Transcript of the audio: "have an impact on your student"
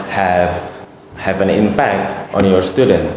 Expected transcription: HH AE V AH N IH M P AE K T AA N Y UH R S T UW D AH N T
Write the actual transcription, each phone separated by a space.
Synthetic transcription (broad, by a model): HH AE V AH N IH M P AE K T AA N Y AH R S T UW D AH N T